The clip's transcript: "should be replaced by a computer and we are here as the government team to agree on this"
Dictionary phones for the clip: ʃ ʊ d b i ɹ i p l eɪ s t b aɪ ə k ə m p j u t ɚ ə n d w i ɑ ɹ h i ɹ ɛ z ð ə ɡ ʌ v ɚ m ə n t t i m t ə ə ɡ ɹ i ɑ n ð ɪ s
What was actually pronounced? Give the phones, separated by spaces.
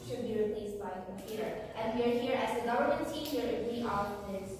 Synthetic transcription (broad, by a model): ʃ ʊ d b i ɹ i p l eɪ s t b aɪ ə k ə m p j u t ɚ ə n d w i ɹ h i ɹ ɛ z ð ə ɡ ʌ v ɚ m ə n t s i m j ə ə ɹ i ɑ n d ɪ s